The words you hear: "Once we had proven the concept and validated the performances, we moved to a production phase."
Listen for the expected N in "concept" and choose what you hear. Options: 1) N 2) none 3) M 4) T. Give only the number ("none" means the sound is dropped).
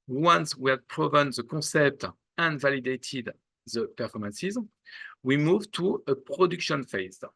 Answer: 2